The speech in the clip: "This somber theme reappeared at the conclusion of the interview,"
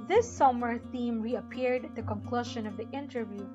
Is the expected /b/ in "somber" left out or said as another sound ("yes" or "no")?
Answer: yes